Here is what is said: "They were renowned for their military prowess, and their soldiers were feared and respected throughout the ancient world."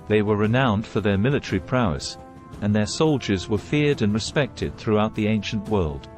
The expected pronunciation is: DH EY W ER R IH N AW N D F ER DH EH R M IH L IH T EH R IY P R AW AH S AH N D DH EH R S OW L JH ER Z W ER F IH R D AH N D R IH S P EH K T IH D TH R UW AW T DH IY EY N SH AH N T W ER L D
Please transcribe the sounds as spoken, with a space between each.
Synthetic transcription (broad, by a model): DH EY W ER R IH N AW N D F ER DH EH R M IH L IH T EH R IY P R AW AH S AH N DH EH R S OW L JH ER Z W ER F IH R D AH N R IH S P EH K T IH D TH R UW AW T DH IY EY N SH AH N T W ER L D